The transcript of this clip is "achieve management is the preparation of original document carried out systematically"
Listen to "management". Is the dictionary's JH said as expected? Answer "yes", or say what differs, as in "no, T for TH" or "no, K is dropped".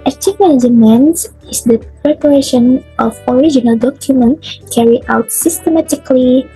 no, JH is dropped